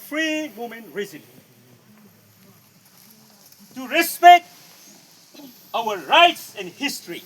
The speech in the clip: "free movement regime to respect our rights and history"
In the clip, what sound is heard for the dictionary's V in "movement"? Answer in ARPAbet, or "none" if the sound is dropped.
none